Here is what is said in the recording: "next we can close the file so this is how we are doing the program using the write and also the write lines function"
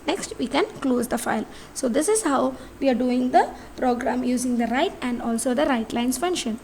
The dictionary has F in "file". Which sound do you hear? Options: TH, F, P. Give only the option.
F